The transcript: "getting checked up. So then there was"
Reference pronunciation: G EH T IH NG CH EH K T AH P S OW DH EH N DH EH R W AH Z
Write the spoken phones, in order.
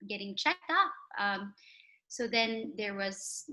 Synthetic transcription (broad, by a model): G EH T IH NG CH EH K T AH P S OW DH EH N DH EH R W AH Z